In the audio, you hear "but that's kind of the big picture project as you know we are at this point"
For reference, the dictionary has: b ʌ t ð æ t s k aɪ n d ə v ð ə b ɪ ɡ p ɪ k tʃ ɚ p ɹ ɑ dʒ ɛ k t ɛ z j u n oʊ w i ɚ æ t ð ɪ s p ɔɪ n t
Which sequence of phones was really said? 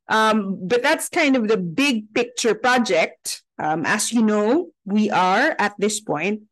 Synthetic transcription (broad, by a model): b ʌ t ð æ t s k aɪ n d ə v ð ə b ɪ ɡ p ɪ k tʃ ɚ p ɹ ɑ dʒ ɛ k t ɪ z j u n oʊ w i ɚ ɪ t ð ɪ s p ɔɪ n t